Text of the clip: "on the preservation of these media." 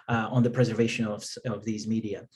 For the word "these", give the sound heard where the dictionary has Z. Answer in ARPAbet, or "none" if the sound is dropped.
Z